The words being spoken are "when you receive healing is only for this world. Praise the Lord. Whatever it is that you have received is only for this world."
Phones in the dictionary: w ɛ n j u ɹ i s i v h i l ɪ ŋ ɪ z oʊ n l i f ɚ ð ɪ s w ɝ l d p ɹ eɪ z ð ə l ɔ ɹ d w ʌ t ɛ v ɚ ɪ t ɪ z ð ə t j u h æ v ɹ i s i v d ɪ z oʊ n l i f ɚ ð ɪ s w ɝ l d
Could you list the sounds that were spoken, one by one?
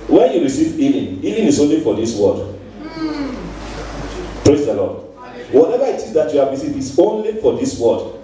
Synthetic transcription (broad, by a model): w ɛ n j u ɹ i s i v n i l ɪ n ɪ s oʊ n l i f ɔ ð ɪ s w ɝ d p ɹ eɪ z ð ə l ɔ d w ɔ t ɛ v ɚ ɪ t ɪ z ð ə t j u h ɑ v ɹ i s i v ɪ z oʊ n l i f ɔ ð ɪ s w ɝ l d